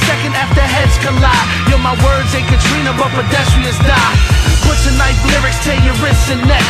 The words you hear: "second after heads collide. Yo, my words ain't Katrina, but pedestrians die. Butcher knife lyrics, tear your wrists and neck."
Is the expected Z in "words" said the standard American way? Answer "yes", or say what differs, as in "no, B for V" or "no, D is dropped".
yes